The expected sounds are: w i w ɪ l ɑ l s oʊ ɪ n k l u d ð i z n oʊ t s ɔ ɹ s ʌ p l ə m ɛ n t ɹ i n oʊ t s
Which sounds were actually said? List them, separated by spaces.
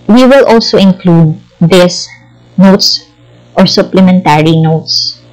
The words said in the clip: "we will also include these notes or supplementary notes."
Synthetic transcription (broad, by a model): w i w ɪ l ɑ l s oʊ ɪ n k l u d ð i s n oʊ t s ɔ ɹ s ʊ p l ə m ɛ n t ɹ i n oʊ t s